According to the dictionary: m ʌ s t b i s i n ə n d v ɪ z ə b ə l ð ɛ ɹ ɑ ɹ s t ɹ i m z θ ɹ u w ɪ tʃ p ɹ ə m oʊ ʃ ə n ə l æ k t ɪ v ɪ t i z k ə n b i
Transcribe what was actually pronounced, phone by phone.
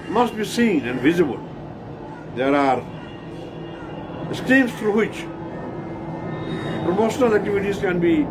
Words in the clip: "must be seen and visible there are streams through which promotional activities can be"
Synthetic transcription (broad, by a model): m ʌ s t b i s i n ə n d v ɪ z ə b ə l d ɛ ɹ ɑ ɹ s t i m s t ɹ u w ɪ tʃ p ɹ ə m oʊ ʃ ə n ə l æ k t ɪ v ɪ t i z k ə n b i